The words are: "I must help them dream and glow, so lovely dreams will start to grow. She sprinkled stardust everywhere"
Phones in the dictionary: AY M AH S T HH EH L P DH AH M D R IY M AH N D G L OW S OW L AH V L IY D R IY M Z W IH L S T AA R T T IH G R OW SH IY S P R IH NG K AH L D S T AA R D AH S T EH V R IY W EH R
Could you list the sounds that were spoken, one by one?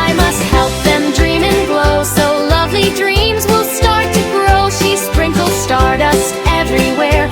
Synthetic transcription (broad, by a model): AY M AH S T HH EH L P DH AH M D R IY M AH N G L OW S OW L AH V L IY D R IY M Z W IH L S T AA R T T IH G R OW SH IY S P R IH NG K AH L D S T AA R D AH S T EH V R IY W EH R